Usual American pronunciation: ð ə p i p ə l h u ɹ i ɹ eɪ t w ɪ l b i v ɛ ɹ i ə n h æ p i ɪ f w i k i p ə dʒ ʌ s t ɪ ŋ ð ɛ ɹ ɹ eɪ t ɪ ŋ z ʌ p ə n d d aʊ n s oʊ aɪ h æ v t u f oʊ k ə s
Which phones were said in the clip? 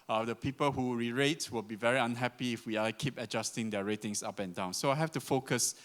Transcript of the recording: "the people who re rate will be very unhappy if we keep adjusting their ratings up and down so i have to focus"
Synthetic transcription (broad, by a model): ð ə p i p ə l h u ɹ i ɹ eɪ t w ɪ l b i v ɛ ɹ i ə n h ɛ p i ɪ f w i k i p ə dʒ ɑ s t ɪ ŋ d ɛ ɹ ɹ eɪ t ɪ ŋ s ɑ p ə n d d aʊ n s oʊ aɪ h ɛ f t u f oʊ k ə s